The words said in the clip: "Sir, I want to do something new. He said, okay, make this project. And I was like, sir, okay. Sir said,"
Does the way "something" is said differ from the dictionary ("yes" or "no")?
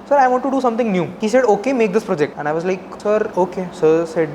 yes